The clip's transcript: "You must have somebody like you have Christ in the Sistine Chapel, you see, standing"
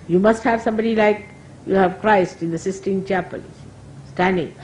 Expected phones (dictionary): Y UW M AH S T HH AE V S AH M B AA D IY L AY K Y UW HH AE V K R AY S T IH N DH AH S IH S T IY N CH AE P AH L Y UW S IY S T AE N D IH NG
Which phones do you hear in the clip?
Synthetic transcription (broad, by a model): Y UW M AH S T HH AE V S AH M B AA D IY L AY K Y UW HH AE V K R AY S T IH N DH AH S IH S T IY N CH AE P AH L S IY S T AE N D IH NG